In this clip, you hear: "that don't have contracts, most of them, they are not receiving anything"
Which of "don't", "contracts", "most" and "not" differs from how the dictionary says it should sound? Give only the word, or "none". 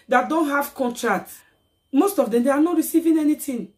contracts